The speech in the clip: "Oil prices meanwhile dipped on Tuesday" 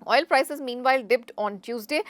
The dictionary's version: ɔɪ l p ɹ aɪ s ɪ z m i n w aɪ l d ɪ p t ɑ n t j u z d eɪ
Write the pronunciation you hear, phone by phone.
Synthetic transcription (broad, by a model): ɔɪ l p ɹ aɪ s ɪ z m i n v aɪ l d ɪ p t ɑ n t j u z d eɪ